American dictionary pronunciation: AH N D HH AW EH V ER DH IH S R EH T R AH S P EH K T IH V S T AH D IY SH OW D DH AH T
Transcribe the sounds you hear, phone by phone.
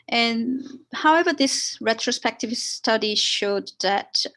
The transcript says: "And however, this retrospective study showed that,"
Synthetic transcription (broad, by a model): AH N HH AW EH V ER DH IH S R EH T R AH S P EH K T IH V S T AH D IY SH OW D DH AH T